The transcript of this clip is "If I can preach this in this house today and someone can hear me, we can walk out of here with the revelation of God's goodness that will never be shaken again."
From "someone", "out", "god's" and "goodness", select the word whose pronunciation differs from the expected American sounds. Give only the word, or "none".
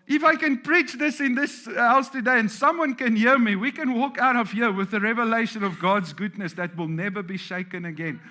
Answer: none